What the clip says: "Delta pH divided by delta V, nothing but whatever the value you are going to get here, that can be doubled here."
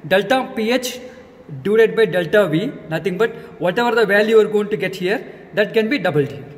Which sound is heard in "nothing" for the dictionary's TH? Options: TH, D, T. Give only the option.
T